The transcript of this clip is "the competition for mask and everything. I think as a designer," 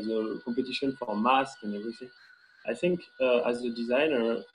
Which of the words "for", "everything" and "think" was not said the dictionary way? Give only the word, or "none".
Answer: everything